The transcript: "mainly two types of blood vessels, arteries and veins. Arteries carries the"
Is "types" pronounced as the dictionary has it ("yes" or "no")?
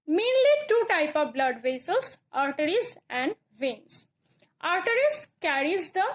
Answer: no